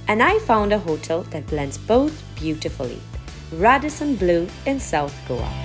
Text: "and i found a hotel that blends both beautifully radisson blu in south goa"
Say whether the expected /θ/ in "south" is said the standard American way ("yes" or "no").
yes